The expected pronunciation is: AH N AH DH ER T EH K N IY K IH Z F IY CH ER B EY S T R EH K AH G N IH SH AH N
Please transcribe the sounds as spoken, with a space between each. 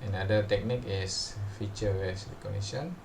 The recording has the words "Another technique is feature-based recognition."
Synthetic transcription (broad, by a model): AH N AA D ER T EH K N IY K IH S F IY CH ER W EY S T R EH K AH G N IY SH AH N